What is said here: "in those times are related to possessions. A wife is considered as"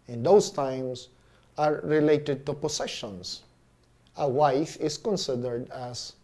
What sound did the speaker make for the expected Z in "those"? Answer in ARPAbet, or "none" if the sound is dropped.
S